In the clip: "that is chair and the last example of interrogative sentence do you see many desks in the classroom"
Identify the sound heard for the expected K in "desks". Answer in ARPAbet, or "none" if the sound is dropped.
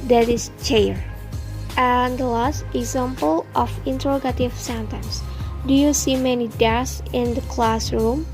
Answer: none